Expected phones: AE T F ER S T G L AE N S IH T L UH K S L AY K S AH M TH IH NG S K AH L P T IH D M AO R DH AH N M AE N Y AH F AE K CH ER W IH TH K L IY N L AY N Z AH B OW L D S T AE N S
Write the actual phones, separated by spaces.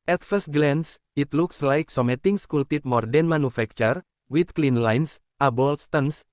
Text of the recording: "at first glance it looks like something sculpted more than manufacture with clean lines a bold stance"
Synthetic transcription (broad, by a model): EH T F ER S T G L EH N S IH T L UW K S L AY K S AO M T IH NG S K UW L T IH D M AO R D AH N M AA N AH F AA K CH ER W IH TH K L IY N L AY N S AH B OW L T S T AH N S